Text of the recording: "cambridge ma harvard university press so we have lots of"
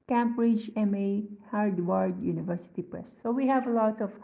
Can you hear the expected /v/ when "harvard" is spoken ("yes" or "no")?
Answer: no